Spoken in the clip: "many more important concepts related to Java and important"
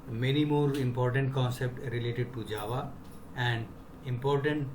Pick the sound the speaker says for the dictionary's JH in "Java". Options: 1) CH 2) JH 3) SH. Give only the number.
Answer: 2